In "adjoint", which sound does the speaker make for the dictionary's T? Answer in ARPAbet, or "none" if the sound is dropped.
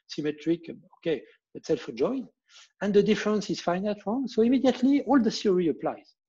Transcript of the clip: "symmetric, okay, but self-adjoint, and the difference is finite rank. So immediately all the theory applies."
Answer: none